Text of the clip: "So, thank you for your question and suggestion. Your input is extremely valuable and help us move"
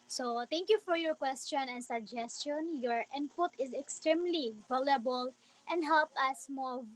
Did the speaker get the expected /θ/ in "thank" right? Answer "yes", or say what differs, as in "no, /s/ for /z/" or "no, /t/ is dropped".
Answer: no, /t/ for /θ/